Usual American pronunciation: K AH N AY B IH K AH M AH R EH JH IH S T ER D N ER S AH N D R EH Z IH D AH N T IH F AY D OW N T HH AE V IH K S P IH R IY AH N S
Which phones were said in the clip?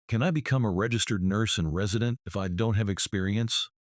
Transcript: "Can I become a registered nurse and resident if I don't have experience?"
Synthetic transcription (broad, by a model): K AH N AY B IH K AH M AH R EH JH IH S T ER D N ER S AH N R EH Z IH D AH N T IH F AY D OW N T HH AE V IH K S P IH R IY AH N S